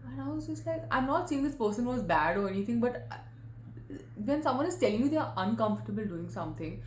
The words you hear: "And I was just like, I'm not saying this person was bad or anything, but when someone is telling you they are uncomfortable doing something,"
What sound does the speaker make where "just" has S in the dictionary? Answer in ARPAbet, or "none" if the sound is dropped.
S